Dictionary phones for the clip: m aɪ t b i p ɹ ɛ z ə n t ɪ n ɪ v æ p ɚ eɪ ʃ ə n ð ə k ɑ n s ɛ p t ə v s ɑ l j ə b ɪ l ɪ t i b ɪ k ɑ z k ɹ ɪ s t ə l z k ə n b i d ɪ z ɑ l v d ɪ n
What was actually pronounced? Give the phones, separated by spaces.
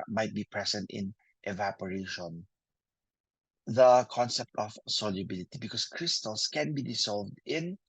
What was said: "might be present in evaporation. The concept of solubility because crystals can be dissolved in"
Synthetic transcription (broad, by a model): m aɪ t b i p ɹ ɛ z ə n t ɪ n ɪ v æ p ɚ eɪ ʃ ə n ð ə k ɑ n s ɛ p t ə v s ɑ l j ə b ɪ l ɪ t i b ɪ k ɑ s k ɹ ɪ s t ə l s k ə n b i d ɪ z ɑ l v d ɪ n